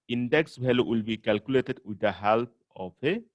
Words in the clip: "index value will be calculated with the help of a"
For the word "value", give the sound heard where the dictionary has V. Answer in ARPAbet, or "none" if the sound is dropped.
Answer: B